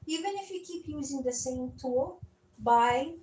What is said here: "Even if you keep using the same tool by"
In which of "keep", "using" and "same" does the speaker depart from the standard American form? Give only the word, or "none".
none